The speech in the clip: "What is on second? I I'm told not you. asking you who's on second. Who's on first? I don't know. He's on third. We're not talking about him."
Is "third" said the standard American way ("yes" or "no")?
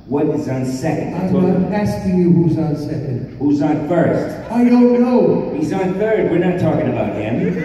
yes